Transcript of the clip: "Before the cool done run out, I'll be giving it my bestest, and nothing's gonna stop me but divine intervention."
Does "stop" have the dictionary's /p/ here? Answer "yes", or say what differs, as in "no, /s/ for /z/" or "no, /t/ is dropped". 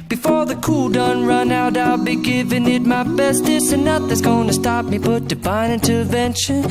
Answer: yes